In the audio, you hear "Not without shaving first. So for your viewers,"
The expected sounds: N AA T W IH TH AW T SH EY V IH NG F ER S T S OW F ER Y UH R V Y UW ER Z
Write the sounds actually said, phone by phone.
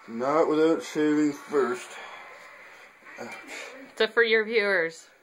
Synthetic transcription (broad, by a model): N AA T W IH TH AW T S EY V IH NG F ER S T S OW F ER Y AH R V Y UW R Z